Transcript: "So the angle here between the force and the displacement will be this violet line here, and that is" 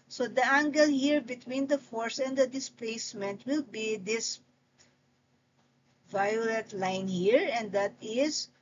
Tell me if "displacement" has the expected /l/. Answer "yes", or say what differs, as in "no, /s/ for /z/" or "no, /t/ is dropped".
yes